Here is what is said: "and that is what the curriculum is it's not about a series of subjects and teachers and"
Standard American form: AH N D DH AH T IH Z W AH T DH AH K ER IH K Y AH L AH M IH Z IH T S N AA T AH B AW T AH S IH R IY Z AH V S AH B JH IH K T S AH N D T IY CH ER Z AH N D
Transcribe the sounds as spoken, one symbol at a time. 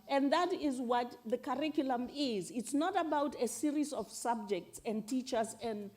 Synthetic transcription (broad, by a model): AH N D DH AH T IH Z W AH T DH AH K ER IH K Y AH L AH M IH Z IH T S N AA T AH B AW T AH S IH R IY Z AH V S AH B JH IH K T S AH N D T IY CH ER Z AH N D